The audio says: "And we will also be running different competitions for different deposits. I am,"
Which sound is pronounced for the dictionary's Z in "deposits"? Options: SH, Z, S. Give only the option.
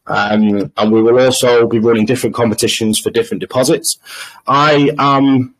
Z